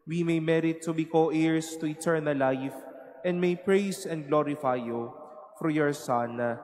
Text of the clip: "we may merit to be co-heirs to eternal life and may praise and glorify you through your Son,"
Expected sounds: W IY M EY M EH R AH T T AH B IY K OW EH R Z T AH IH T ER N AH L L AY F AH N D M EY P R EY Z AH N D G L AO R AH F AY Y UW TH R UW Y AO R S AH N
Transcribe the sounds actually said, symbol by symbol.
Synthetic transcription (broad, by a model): W IY M EY M EH R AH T T AH B IY K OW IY R S T AH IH T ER N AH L L AY F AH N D M EY P R EY S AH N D G L AO R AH F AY Y UW F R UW Y AO R S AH N